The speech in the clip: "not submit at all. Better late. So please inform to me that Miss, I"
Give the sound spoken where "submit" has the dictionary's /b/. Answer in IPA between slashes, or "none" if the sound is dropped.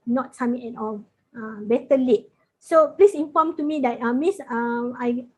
none